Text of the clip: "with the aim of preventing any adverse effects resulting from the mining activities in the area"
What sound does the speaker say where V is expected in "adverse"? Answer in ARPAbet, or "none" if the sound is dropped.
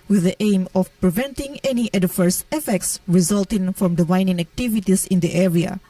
F